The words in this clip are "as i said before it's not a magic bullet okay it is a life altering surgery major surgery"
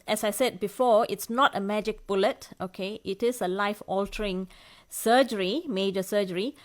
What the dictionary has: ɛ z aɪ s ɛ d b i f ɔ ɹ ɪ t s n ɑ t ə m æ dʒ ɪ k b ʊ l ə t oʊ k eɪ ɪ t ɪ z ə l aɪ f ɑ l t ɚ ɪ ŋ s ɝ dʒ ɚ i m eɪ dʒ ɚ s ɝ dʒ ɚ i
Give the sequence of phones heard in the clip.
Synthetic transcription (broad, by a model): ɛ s aɪ s ɛ d b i f ɔ ɪ t s n ɑ t ə m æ dʒ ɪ k b ʊ l ə t oʊ k eɪ ɪ t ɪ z ə l aɪ f ɑ l t ɚ ɪ ŋ s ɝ dʒ ɚ i m eɪ dʒ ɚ s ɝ dʒ ɚ i